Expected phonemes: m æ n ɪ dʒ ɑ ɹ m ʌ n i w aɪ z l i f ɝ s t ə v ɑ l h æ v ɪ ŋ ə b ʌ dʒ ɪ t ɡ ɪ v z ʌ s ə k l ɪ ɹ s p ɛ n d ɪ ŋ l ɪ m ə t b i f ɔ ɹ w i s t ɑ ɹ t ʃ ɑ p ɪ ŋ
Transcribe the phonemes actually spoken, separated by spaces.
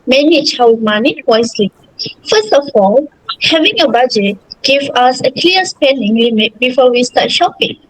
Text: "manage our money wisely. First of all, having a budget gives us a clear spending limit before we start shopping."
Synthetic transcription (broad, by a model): m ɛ n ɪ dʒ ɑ w m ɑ n i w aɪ s l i f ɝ s t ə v ɑ l h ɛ v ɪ ŋ ə b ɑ dʒ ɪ t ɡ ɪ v ɑ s ə k l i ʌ s p ɛ n d ɪ ŋ l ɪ m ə t b i f ɔ w i s t ɑ t ʃ ɑ p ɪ ŋ